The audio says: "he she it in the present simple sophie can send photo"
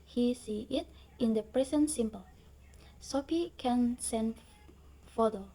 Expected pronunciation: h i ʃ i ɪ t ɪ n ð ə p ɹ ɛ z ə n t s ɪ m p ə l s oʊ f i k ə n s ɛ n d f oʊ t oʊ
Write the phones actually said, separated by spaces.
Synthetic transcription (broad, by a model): h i s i ɪ t ɪ n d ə p ɹ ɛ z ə n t s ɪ m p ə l s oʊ p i k ə n s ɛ n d f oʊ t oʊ